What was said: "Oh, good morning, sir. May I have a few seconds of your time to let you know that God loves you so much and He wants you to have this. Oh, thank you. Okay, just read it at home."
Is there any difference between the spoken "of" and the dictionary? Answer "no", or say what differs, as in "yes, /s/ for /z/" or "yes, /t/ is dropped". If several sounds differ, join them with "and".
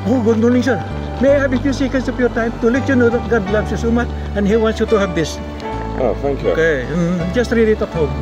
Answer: yes, /p/ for /v/